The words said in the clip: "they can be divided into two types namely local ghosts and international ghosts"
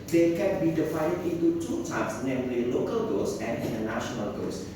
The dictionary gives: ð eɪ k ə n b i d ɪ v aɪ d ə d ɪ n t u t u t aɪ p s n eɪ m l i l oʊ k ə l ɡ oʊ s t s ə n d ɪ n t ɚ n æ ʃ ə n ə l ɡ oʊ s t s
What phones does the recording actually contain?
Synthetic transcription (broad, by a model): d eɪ k ə n b i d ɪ f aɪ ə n ɪ n t u t u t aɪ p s n eɪ m l i l oʊ k ə l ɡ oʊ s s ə n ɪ n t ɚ n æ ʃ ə n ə l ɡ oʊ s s